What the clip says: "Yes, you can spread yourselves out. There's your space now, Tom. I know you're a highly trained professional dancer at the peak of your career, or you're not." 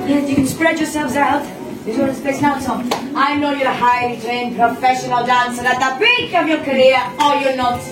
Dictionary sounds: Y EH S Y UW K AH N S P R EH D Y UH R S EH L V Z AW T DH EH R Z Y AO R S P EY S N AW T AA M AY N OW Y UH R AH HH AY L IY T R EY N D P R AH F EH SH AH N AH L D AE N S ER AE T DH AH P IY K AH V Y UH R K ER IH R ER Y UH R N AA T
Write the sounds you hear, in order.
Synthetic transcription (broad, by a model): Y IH K AH N S P R EH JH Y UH R S EH L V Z AW T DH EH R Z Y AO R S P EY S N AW S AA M AY N OW Y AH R AH HH AY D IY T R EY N P R AH F EH SH AH N AH L D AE N S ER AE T DH AH B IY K AH V Y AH R K ER IH R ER Y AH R N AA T